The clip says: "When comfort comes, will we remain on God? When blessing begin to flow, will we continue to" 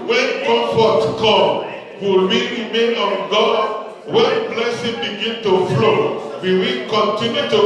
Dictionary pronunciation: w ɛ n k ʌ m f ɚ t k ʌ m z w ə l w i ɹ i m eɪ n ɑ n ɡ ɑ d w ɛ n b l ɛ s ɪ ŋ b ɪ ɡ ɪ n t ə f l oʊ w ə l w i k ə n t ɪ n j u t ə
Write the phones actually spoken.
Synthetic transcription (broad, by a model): w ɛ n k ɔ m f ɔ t k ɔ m w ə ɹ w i ɹ i m eɪ n ɑ n ɡ ɑ d w ɛ n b l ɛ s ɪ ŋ b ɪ ɡ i n t ə f l oʊ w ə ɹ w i k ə n t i n j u t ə